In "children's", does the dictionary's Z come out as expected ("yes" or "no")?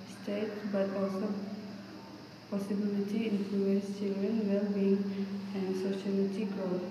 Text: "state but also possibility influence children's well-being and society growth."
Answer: no